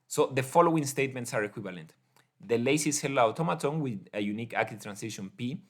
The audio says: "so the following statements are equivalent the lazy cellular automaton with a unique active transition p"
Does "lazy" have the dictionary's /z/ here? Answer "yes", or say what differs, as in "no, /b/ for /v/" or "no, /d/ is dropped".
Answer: no, /s/ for /z/